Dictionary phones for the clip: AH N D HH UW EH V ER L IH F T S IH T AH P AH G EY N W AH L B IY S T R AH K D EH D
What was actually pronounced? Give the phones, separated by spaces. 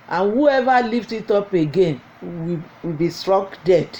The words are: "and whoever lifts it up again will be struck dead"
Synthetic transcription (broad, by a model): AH N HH UW EH V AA L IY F T IH T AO P AH G EY N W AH W B IY S T R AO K D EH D